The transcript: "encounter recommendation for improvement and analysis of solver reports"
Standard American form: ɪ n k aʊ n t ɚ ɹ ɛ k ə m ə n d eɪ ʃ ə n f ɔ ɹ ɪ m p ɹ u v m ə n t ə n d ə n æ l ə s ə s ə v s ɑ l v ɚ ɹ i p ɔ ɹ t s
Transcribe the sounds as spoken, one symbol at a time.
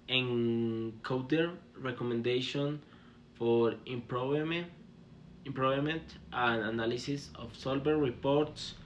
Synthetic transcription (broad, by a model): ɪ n k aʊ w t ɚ ɹ ɛ k ə m ə n d eɪ ʃ ə n f ɔ ɹ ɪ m p ɹ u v m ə n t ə n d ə n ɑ l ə s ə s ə f s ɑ l b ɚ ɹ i p ɔ ɹ t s